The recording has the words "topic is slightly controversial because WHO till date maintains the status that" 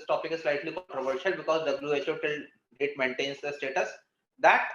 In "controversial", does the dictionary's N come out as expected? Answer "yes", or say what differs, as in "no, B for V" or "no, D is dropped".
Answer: no, N is dropped